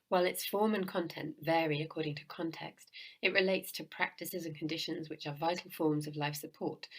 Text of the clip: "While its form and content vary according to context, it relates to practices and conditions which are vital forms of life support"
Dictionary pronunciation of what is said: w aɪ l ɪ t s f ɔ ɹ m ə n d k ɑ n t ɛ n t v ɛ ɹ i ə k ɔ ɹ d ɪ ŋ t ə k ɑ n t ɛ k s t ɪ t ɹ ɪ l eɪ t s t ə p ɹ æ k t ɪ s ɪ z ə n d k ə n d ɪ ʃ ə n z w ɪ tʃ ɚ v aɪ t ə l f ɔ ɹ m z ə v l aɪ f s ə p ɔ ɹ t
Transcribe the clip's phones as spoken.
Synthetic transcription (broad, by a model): w aɪ l ɪ t s f ɔ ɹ m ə n k ɑ n t ɛ n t v ɛ ɹ i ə k ɔ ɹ d ɪ ŋ t ə k ɑ n t ɛ k s t ɪ t ɹ ɪ l eɪ t s t ə p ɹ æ k t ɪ s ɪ z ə n k ə n d ɪ ʃ ə n z w ɪ tʃ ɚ v aɪ t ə l f ɔ ɹ m z ə v l aɪ f s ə p ɔ ɹ t